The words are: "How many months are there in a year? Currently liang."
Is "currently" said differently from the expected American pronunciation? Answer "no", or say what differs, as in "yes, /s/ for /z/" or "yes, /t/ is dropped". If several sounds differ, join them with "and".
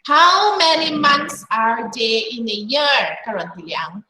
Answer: yes, /l/ is dropped